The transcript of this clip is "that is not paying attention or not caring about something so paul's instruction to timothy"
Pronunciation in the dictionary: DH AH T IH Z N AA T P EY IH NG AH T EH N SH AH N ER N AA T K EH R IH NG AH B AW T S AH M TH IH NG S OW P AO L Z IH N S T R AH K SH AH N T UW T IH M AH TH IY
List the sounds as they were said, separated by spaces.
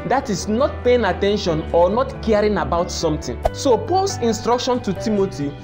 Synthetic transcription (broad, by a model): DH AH T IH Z N AA T P EY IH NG AH T EH N SH AH N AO N AA T K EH R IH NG AH B AW T S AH M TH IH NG S OW P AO L S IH N S T R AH K SH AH N T UW T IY M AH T IY